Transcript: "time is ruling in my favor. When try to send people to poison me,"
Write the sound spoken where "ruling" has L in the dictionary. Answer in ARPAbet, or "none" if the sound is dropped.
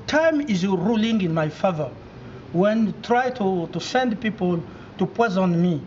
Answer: L